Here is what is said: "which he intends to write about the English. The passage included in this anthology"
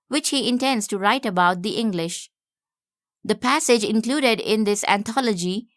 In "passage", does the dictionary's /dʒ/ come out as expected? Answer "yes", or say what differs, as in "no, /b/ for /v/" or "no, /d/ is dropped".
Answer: yes